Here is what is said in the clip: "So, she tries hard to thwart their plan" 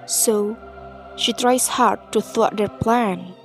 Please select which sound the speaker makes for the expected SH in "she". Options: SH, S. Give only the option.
SH